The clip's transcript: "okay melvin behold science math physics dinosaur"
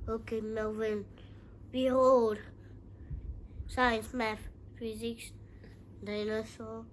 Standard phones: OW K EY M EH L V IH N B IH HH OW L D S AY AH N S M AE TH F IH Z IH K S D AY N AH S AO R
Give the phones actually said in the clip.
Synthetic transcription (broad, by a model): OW K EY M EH V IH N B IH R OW D S AY AH N S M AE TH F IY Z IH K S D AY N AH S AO